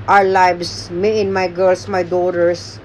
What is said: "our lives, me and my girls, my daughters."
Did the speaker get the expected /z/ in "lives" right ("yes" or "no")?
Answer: no